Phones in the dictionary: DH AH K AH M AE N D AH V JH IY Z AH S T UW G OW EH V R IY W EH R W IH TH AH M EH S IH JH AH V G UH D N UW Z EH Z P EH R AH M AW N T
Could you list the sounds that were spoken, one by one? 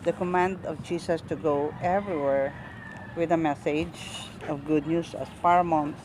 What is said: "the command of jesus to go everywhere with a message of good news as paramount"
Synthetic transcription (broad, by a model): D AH K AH M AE N D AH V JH IY S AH S T UW G OW EH V R IY W EH R W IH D AH M EH S IH JH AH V G UH D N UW S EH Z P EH R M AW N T